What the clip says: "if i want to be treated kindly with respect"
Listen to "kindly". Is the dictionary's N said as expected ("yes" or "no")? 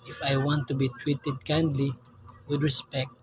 yes